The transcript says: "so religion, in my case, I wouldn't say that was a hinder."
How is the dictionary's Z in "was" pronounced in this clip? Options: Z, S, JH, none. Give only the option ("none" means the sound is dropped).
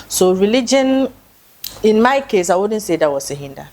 S